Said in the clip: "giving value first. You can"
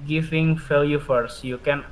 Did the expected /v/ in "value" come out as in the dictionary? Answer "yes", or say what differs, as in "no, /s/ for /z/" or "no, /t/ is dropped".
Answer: no, /f/ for /v/